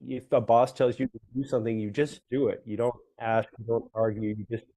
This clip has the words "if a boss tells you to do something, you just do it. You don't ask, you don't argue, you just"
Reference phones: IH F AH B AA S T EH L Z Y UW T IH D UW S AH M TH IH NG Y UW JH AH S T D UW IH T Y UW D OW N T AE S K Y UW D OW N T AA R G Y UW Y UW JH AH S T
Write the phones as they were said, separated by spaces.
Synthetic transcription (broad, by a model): IH F AH B AA S T EH L Z Y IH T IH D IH S AH M TH IH NG Y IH JH AH S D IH IH T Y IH D OW N T AE S K Y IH D OW N T AA R G Y UW Y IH JH AH S T